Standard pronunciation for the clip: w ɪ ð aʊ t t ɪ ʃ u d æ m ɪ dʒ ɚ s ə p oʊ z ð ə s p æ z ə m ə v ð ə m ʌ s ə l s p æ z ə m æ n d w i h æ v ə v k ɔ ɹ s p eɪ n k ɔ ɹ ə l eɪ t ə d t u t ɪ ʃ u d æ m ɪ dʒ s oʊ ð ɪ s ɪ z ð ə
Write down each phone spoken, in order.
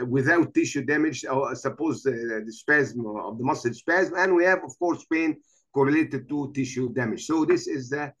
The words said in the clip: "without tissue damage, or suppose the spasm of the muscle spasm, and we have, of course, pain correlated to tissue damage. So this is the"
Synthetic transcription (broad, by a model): w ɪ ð aʊ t t ɪ ʃ u d æ m ɪ dʒ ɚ s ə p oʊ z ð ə s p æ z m ə v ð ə m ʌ s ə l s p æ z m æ n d w i h æ v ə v k ɔ ɹ s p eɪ n k ɔ ɹ ə l eɪ t ə d t u t ɪ ʃ u d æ m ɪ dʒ s oʊ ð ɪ s ɪ z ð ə